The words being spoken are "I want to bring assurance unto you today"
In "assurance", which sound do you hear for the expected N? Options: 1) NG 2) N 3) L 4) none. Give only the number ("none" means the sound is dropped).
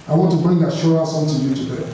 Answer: 4